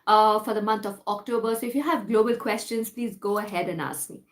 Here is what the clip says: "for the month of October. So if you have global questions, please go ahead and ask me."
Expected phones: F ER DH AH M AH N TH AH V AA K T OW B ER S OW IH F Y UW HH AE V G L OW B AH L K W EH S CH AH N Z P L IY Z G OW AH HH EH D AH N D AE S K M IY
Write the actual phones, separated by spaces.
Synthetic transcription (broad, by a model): F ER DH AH M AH N T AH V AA K T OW B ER S OW IH F Y UW HH AE V G L OW B AH L K W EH S CH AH N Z P L IY Z G OW AH HH EH D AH N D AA S K M IY